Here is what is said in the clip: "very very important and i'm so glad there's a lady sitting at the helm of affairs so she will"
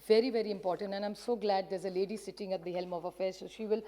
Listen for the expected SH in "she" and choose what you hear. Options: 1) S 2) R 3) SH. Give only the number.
3